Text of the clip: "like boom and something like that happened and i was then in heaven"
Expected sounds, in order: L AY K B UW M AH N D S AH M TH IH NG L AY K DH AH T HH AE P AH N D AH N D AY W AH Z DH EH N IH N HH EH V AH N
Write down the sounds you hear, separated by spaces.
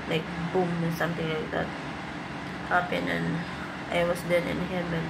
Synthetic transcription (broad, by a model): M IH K B UW M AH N S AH M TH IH NG L AY K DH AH T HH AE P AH N AH N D AY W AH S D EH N IH N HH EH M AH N